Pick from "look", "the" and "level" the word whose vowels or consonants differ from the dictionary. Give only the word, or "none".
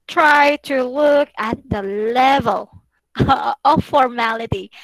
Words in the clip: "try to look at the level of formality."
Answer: none